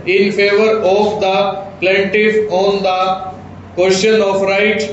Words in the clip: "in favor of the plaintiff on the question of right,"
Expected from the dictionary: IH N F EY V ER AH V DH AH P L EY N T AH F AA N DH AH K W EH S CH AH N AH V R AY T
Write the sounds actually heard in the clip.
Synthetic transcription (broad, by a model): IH N F EY V ER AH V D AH P L EY N T AH F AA N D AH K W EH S SH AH N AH F R AY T